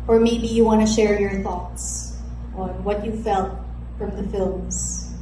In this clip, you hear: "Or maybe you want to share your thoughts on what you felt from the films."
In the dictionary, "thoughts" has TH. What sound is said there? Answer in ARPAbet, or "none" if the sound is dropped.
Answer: TH